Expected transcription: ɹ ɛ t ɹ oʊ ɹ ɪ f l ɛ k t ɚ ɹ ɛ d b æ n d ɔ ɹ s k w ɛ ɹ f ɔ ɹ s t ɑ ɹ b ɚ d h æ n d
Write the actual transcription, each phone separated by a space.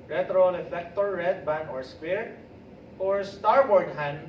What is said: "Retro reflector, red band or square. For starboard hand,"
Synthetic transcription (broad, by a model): ɹ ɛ t ɹ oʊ l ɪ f ɛ k t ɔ ɹ ɛ d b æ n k ɔ ɹ s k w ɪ ɹ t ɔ ɹ s t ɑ ɹ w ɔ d h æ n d